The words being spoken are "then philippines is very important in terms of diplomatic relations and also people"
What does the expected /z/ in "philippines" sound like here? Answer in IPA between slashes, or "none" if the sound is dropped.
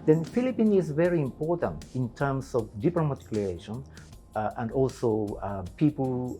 none